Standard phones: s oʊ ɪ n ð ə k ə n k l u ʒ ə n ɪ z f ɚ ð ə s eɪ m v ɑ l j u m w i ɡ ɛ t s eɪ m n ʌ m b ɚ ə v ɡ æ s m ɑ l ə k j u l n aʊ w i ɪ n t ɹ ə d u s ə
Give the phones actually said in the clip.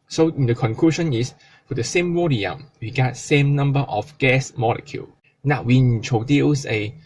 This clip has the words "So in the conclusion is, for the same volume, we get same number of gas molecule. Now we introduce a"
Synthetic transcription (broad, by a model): s oʊ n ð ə k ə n k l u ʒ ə n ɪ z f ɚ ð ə s eɪ m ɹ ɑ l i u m w i ɡ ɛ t s eɪ m n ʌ m b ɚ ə f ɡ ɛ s m ɑ l ə k j u l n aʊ w i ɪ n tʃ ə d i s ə